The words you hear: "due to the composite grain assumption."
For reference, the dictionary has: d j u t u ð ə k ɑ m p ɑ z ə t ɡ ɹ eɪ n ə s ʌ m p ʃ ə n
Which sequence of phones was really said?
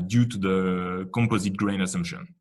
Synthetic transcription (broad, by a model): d j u t u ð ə k ɑ m p ɑ z ə t ɡ ɹ eɪ n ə s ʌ m p ʃ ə n